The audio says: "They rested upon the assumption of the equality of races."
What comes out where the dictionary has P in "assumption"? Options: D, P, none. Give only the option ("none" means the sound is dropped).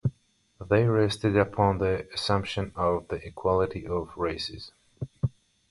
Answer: P